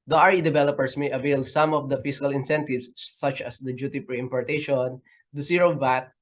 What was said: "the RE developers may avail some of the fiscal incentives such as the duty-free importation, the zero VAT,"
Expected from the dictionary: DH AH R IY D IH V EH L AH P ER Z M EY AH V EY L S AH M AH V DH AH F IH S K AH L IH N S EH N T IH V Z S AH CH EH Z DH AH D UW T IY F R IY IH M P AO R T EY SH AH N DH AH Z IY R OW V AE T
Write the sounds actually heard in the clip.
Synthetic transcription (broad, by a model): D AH R IY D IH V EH L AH P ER S M EY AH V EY L S AH M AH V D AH F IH S K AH L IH N S EH N T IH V S AH CH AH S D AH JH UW T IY P R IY IH M P AO R T EY SH AH N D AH S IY R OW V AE T